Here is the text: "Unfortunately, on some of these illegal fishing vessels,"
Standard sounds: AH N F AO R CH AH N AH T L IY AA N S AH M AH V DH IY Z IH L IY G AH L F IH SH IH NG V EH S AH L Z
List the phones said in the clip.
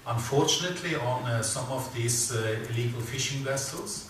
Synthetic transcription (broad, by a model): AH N F AO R CH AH N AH T L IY AA N S AH M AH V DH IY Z IH L IY G AH L F IH SH IH NG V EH S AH L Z